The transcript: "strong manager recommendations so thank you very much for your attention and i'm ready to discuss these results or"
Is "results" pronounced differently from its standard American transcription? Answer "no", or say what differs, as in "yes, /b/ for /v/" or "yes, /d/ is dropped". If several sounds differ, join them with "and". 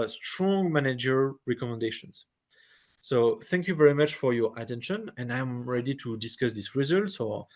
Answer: no